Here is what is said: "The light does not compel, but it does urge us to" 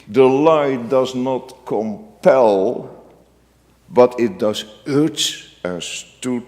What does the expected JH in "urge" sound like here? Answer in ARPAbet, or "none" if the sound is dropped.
CH